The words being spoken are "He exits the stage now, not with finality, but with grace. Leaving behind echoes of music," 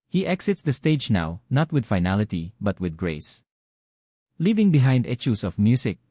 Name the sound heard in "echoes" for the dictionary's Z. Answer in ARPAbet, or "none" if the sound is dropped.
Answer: S